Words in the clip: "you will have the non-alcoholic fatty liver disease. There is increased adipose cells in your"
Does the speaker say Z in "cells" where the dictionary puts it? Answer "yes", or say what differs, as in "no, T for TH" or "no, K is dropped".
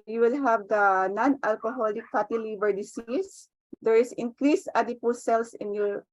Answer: no, S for Z